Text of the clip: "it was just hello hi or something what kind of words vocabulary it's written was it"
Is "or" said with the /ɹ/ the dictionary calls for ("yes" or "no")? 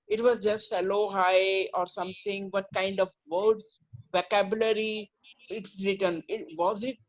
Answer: yes